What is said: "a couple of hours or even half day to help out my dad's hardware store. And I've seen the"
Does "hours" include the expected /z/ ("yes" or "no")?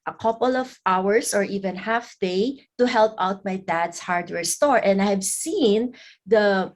no